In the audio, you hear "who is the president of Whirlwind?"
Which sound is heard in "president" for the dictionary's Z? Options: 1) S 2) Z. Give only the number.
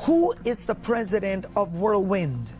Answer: 2